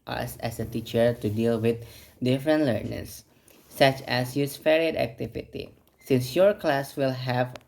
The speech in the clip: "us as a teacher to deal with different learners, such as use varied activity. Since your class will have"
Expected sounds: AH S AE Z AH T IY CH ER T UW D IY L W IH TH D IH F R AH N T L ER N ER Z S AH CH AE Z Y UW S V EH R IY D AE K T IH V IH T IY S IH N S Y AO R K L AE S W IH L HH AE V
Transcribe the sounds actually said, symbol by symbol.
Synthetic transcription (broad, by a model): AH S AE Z AH T IY CH ER T UW D IY L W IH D D IH F R AH N T L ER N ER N S AH CH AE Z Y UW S F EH R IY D AE K T IH V IH T IY S IH N S Y AO R K L AE S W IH L HH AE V